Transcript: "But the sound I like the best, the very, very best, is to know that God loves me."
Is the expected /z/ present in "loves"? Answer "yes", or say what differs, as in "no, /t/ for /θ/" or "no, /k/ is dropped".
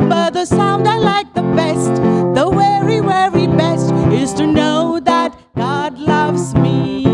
yes